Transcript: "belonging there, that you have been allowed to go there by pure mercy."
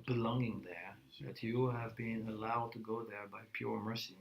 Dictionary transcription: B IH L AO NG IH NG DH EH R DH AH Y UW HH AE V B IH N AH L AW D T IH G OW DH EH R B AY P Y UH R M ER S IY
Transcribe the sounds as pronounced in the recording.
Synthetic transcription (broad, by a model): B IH L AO NG IH NG DH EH R DH AH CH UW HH V B IH N AH L AW D T IH G OW DH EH R B AY P Y UH R M ER S IY